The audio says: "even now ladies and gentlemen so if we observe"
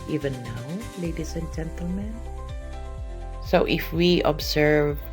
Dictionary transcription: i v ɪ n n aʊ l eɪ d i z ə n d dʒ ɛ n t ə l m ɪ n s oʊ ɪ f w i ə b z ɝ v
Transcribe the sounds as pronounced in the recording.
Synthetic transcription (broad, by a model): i v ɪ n n aʊ l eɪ d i s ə n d dʒ ɛ n t ə l m ɪ n s oʊ ɪ f w i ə b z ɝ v